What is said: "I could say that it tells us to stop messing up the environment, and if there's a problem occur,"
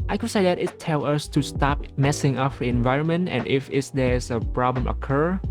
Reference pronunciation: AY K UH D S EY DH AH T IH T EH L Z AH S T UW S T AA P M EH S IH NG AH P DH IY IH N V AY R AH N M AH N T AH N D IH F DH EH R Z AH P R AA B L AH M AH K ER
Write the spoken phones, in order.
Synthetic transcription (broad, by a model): AY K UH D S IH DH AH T IH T EH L AH S T UW S T AA P M EH S IH NG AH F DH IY IH N V AY R AH N M AH N T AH N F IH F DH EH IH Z AH P R AA B L AH M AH K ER